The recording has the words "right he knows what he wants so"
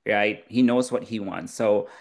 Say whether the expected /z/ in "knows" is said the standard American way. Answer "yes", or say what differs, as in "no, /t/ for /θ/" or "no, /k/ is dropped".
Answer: yes